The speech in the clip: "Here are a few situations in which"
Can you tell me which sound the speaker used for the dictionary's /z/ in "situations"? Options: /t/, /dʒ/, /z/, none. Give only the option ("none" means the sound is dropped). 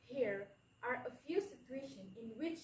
none